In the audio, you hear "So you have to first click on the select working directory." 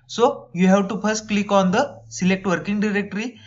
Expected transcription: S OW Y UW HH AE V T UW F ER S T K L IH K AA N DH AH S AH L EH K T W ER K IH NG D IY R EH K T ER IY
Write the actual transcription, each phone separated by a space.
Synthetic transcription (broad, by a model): S OW Y UW HH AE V T UW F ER S T K L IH K AA N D AH S AH L EH K T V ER K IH NG D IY R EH K T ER IY